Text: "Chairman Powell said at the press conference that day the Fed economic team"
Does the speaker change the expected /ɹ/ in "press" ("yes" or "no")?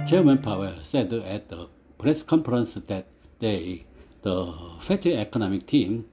no